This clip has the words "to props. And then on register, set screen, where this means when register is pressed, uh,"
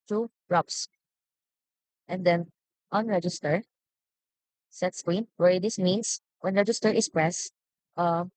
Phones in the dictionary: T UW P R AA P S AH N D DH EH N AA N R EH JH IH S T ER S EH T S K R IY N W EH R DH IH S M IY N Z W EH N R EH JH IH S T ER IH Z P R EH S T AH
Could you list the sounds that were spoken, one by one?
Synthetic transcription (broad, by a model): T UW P R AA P S AH N D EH N AA N R EH JH IH S T ER S EH T S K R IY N W EH R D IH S M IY N S W EH N R EH JH IH S T ER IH S P R EH S T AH